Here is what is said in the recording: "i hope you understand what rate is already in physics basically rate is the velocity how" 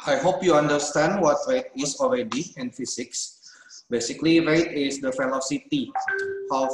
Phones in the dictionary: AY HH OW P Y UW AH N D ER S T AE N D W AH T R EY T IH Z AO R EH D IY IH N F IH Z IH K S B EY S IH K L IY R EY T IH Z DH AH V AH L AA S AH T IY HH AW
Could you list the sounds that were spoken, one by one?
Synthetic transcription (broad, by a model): AY HH OW P Y UW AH N D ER S T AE N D W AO T R EY T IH S AO R EH D IY IH N F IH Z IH K S B EY S IH K L IY R EY T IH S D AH F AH L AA S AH T IY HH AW